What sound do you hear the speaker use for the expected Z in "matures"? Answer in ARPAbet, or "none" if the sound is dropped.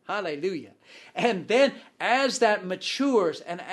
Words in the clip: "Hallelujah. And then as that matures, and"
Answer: Z